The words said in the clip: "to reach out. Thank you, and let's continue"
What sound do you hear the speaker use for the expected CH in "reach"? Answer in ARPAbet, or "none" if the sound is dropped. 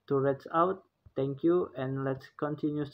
S